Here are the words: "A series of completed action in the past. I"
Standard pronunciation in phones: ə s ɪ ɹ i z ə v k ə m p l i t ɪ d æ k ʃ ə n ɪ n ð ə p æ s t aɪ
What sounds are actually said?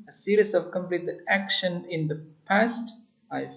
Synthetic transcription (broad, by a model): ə s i ɹ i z ə v k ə m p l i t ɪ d æ k ʃ ə n ɪ n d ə p æ s t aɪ